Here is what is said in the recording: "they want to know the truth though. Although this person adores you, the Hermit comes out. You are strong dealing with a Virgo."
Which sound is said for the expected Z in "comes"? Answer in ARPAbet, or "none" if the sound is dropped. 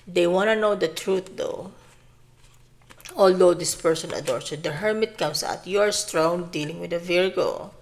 S